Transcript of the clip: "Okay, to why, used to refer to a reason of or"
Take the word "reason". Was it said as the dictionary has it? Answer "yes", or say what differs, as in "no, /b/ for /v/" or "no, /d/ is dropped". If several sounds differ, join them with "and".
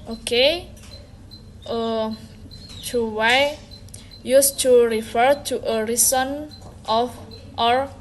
no, /s/ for /z/